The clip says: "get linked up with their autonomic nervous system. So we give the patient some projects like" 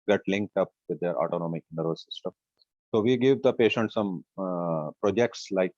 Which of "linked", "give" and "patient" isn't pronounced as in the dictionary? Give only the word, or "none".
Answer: none